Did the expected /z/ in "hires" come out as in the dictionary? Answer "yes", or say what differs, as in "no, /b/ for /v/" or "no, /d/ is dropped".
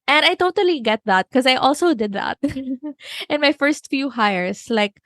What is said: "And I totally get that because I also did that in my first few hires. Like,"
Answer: no, /s/ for /z/